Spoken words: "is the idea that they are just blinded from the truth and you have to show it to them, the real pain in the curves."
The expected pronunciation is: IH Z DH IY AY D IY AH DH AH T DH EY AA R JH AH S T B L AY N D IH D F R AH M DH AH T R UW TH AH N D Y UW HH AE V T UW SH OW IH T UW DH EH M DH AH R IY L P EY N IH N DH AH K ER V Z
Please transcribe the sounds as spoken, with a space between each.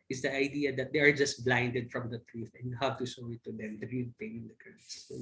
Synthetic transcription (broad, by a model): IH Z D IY AY D IY AH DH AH T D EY AA R JH AH S T B L AY N D IH D F R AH M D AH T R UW F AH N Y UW HH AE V T UW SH OW IH T UW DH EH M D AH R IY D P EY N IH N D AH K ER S